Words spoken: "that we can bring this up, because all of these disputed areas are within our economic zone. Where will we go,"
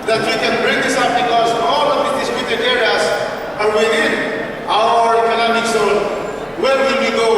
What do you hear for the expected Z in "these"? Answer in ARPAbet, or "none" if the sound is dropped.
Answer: none